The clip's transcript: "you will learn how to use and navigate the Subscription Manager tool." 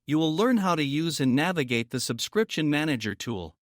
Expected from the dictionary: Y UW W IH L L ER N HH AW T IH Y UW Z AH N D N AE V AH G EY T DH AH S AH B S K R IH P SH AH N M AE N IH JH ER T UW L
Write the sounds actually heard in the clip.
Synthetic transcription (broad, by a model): Y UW W IH L L ER N HH AW T IH Y UW Z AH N N AE V AH G EY T DH AH S AH B S K R IH P SH AH N M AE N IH JH ER T UW L